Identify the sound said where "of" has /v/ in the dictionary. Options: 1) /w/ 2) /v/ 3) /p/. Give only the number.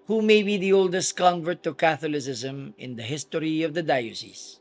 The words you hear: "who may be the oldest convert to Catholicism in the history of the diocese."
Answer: 2